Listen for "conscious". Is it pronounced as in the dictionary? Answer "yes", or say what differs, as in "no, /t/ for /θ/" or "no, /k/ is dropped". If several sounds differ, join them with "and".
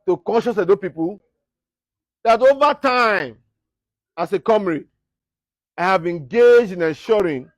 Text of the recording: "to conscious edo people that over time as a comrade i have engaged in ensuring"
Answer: yes